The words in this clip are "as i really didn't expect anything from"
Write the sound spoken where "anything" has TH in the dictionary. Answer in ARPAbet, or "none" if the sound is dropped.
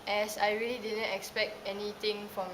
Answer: T